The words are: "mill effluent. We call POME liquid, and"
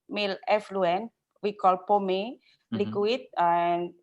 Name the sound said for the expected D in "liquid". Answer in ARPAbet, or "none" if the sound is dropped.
none